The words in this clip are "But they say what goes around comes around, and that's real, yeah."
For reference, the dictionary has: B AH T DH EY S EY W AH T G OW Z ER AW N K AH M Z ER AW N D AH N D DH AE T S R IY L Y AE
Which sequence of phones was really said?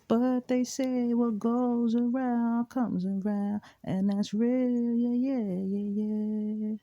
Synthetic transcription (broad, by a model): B AH T DH EY S EY W AH T G OW Z ER AW N K AH M Z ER AW N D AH N DH AE T S R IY L Y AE